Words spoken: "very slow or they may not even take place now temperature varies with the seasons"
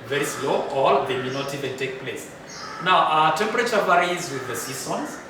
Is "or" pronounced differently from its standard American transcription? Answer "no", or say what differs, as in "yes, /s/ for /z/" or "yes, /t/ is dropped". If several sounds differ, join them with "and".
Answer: yes, /l/ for /ɹ/